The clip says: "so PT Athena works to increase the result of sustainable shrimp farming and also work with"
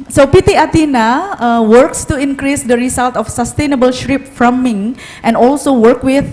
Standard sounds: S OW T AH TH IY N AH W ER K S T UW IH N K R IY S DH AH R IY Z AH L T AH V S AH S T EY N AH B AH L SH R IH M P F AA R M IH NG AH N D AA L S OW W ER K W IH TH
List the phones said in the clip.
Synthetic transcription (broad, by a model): S OW T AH T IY N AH W ER K S T UW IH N K R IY S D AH R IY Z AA L T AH F S AH S T EY N AH B AH L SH R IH P F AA M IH NG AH N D AA L S OW W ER K W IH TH